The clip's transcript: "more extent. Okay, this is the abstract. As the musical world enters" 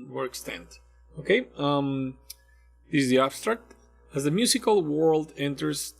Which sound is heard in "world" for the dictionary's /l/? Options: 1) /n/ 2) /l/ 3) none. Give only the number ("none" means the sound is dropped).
2